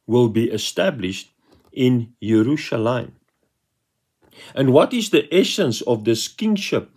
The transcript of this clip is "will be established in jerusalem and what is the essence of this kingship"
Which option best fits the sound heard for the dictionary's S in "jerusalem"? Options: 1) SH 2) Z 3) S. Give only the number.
1